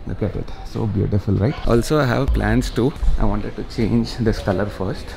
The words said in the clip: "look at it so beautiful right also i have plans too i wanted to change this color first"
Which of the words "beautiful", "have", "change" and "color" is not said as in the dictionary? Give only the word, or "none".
none